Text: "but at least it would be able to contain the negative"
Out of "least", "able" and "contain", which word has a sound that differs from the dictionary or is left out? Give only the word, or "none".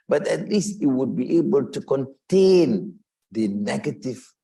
none